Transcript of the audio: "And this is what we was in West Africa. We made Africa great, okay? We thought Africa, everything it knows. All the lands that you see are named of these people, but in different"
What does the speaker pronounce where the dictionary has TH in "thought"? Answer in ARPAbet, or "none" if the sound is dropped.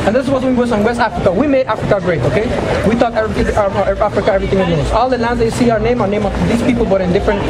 T